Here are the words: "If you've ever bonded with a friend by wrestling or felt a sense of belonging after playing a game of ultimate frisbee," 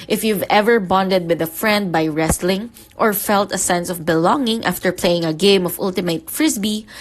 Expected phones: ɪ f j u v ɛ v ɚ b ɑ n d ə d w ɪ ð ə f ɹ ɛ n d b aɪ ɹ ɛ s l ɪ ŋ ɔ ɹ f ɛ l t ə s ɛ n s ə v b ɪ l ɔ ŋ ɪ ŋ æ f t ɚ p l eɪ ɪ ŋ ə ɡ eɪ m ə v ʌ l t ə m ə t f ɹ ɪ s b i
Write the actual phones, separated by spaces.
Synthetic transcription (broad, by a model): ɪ f j u v ɛ v ɚ b ɑ n d ə d w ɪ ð ə f ɹ ɛ n d b aɪ ɹ ɛ s l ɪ ŋ ɔ ɹ f ɛ l t ə s ɛ n s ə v b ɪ l ɔ ŋ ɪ ŋ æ f t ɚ p l eɪ ɪ ŋ ə ɡ eɪ m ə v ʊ l t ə m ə t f ɹ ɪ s b i